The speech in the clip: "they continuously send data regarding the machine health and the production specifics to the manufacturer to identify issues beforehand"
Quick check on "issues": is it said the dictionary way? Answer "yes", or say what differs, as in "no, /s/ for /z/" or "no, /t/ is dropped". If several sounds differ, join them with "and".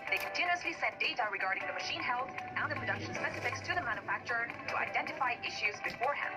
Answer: yes